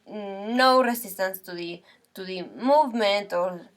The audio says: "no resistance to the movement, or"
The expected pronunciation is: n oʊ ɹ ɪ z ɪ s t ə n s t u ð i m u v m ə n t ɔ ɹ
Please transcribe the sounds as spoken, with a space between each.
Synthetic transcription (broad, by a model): n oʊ ɹ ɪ s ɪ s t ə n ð t u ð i m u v m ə n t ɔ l